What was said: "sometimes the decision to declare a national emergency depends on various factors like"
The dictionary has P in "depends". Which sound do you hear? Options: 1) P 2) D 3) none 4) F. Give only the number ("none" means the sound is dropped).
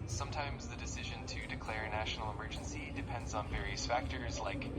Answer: 1